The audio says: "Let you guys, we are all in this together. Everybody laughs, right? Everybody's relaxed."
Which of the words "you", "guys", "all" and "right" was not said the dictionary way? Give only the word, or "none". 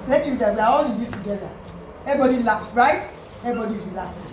guys